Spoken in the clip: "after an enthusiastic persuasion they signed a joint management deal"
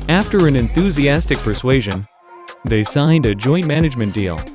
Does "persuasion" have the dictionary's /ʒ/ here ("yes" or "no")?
yes